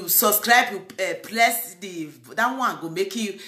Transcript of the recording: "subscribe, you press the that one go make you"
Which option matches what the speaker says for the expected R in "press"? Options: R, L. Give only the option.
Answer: L